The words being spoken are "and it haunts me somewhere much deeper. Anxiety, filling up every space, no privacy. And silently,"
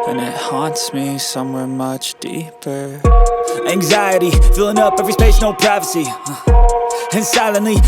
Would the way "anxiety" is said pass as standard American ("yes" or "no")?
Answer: yes